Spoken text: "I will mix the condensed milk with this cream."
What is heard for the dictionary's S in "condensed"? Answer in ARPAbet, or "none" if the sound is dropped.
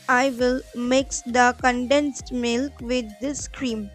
S